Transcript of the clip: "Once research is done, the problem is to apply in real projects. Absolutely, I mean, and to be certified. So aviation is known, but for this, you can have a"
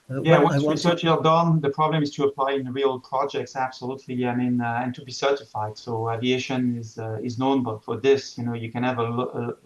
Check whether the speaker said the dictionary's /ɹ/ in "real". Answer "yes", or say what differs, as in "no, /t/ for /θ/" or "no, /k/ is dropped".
yes